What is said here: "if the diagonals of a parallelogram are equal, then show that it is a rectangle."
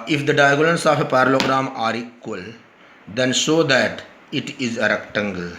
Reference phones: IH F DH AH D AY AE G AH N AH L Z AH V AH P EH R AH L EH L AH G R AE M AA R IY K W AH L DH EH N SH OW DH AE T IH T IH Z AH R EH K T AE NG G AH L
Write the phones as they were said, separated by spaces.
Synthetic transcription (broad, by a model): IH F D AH D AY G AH L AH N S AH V AH P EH R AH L L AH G R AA M AA R IY K W AH L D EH N S OW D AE T IH T IH Z AH R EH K T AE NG G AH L